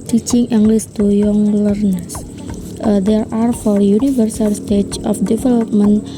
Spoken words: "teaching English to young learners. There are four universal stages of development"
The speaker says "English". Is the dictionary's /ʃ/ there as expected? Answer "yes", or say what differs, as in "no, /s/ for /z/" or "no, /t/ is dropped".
no, /s/ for /ʃ/